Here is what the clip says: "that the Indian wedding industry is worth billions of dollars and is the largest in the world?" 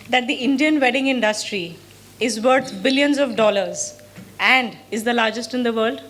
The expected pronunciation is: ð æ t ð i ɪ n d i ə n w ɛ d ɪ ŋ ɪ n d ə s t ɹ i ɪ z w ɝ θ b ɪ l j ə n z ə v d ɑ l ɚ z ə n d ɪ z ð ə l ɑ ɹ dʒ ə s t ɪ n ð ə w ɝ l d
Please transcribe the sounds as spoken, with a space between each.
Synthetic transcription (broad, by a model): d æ t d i ɪ n d i ə n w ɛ d ɪ ŋ ɪ n d ə s t ɹ i ɪ z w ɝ t b ɪ l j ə n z ə v d ɑ l ɚ z ə n d ɪ z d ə l ɑ ɹ dʒ ə s t ɪ n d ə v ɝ l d